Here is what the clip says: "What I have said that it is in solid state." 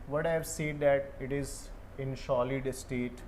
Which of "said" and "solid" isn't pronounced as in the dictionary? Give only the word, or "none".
solid